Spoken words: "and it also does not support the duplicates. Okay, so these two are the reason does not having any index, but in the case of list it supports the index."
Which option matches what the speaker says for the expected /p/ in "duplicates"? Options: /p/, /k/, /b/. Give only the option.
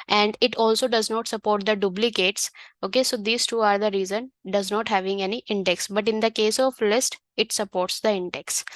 /b/